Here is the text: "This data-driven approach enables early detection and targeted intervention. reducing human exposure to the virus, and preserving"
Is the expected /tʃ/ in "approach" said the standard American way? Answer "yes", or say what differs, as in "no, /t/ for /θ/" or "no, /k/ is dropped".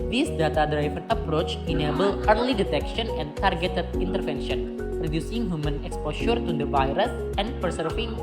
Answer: yes